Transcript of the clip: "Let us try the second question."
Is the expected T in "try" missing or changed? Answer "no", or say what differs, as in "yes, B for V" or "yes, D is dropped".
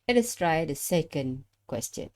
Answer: no